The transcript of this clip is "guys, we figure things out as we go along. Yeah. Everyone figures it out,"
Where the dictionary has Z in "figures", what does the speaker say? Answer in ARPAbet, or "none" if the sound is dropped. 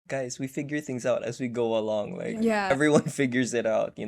Z